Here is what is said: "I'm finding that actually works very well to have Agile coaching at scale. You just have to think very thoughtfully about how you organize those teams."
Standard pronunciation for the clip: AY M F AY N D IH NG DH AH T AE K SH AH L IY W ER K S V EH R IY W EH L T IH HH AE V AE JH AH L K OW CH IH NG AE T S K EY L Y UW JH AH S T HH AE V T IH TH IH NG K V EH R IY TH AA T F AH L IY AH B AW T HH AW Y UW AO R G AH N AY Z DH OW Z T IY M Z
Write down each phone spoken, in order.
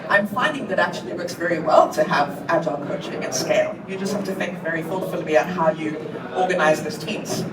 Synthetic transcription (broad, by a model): AY M F AY N D IH NG DH AH T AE K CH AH L IY W ER K S V EH R IY W EH L T IH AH V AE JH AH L K OW CH IH NG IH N S K EY L Y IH JH AH S T HH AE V T IH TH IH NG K V EH R IY F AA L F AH L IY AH AW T HH AW Y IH AO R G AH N AY Z DH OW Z T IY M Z